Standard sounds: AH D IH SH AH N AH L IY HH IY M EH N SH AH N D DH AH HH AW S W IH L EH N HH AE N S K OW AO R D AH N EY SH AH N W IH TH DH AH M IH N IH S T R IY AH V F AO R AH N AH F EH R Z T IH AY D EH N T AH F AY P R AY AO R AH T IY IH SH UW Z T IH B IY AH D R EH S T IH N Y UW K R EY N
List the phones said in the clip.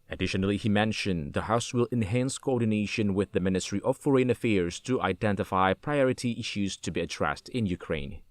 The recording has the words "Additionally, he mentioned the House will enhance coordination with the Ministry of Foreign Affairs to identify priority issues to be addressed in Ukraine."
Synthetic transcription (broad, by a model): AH D IH SH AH N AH L IY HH IY M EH N SH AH N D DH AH HH AW S W IH L EH N HH AE N S K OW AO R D N EY SH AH N W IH DH AH M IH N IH S T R IY AH V F AO R AH N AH F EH R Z T IH AY D EH N T AH F AY P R AY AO R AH T IY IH SH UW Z T IH B IY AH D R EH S T IH N Y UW K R EY N